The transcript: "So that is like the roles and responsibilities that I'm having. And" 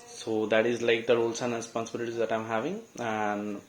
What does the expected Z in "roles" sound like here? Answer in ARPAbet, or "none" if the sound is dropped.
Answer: S